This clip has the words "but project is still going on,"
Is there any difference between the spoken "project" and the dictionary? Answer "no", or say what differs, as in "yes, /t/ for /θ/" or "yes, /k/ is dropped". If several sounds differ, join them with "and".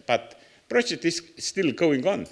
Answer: yes, /k/ is dropped